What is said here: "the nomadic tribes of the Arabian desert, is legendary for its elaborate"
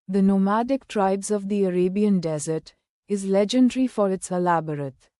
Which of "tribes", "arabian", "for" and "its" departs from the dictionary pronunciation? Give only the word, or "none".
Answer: none